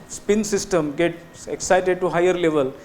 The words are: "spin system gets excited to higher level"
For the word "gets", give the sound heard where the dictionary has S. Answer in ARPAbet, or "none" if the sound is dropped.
none